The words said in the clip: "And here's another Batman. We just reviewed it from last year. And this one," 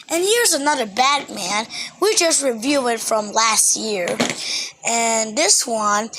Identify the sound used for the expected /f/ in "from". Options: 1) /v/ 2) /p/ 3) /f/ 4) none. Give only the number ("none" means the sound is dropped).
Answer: 3